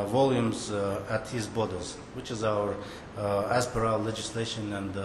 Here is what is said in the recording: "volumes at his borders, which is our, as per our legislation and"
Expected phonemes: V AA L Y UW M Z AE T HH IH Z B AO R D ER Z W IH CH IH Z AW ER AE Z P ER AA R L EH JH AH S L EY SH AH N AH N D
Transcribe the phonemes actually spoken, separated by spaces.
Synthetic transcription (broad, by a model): V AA L Y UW M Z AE T HH IH Z B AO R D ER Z W IH CH IH Z AW ER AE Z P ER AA L L EH JH AH S L EY SH AH N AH N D